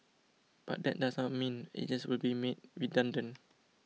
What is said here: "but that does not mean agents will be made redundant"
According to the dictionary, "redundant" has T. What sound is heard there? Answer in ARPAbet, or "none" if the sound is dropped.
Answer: none